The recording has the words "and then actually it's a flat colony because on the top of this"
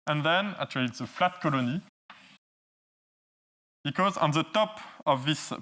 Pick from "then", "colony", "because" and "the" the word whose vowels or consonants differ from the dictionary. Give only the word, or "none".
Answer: none